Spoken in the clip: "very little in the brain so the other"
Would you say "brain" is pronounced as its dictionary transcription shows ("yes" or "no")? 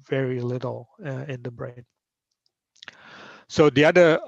yes